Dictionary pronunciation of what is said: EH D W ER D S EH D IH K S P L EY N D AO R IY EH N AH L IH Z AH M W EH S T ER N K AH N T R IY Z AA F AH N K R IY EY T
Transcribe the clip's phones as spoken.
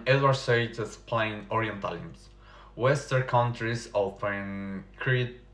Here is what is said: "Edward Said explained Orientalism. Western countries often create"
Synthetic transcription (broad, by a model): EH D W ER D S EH IH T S P L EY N AO R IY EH N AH L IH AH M W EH S T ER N K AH N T R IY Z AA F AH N K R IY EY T